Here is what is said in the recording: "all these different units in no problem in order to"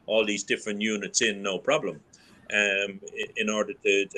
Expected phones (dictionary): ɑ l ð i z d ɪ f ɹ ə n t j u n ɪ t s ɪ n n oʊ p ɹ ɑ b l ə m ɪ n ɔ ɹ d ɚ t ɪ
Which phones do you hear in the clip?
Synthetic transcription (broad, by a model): ɑ l ð i z d ɪ f ɹ ə n t j u n ɪ t s ɪ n n oʊ p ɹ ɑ b l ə m ɪ n ɔ ɹ d ɚ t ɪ